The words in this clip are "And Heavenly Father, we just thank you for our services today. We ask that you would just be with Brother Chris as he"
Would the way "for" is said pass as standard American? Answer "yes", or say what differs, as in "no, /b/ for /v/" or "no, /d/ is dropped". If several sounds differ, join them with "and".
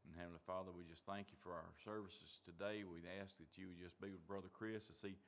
yes